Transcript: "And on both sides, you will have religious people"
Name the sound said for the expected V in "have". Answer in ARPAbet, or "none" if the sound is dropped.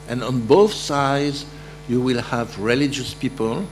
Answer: V